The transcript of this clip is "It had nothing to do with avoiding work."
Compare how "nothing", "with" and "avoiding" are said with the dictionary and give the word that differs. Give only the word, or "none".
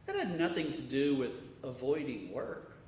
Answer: none